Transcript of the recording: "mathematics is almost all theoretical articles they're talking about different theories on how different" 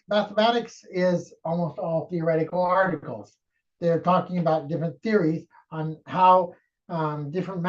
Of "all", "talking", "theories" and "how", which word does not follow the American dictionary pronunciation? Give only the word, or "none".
none